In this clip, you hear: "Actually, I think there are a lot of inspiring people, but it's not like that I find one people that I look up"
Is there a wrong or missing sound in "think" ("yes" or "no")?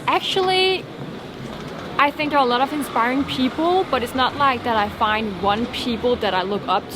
no